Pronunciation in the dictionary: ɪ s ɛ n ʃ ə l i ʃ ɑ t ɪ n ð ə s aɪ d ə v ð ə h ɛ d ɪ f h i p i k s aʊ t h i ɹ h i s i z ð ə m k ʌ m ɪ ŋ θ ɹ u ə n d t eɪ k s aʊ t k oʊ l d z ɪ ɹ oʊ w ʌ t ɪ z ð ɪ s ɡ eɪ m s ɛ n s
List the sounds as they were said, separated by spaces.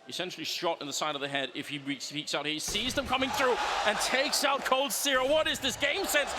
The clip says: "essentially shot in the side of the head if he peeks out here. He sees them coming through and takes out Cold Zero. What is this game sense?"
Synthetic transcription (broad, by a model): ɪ s ɛ n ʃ l i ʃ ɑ t ɪ n ð ə s aɪ d ə v ð ə h ɛ d ɪ f h i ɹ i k s aʊ t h h i s i z ð ə m k ʌ m ɪ ŋ θ ɹ u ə n t eɪ k s aʊ t k oʊ l d s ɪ ɹ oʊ w ʌ t ɪ z ð ɪ s ɡ eɪ m s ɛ n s